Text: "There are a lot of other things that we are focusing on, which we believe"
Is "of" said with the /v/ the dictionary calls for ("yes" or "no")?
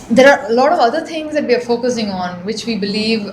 yes